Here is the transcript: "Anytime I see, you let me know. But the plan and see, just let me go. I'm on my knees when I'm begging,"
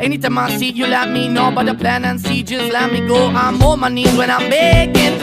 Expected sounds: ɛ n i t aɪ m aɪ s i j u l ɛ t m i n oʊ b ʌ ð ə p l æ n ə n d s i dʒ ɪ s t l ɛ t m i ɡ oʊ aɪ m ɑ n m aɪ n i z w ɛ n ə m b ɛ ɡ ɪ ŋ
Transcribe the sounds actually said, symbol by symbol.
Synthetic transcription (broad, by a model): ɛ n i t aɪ m aɪ s i j u l ɛ t m i n oʊ b ʌ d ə p l æ n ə n s i dʒ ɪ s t l ɛ t m i ɡ oʊ aɪ m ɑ m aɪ n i w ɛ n ə m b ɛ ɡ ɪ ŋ